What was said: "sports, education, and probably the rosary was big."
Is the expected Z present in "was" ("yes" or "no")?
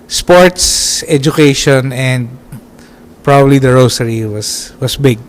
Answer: no